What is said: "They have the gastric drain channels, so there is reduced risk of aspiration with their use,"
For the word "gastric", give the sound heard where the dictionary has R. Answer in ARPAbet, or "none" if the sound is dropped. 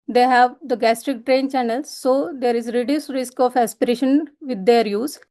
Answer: R